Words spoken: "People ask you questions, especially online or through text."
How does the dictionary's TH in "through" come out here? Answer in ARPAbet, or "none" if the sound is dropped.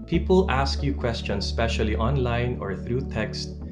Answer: TH